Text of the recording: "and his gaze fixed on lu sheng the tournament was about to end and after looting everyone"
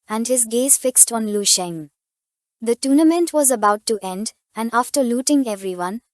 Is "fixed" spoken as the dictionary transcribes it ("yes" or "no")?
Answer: yes